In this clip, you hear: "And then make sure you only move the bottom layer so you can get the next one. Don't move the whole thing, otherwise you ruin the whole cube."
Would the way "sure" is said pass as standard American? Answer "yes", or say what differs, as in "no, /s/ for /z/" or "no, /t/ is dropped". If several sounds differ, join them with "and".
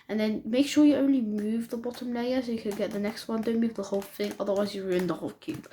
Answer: yes